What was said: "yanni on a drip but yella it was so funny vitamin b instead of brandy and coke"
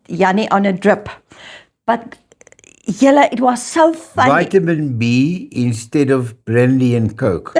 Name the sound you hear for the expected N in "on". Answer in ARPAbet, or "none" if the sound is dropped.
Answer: N